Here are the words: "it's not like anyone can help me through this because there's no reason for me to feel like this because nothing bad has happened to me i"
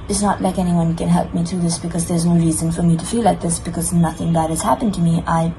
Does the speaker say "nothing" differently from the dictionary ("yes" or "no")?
no